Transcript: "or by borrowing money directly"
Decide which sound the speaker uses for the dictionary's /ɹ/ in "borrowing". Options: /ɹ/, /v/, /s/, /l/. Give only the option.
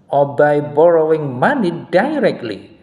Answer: /ɹ/